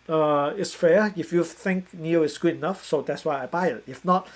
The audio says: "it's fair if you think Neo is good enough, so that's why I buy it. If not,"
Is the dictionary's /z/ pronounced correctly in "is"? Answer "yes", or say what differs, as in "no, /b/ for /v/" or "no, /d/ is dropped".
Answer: no, /s/ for /z/